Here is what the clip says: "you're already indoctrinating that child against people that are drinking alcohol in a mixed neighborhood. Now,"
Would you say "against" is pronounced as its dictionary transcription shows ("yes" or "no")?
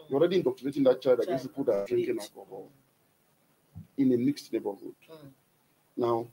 no